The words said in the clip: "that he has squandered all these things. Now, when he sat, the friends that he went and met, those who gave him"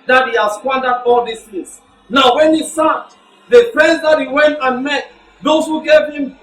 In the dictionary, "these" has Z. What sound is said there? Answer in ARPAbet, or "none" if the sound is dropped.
S